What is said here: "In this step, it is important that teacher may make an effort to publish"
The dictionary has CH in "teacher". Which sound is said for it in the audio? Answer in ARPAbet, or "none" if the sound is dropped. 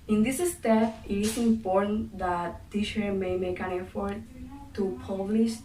SH